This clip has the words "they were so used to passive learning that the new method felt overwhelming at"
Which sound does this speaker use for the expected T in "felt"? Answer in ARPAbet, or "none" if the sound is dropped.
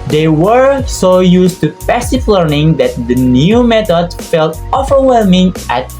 T